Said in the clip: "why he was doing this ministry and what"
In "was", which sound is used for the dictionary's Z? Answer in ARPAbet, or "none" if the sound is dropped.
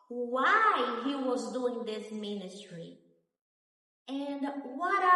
Z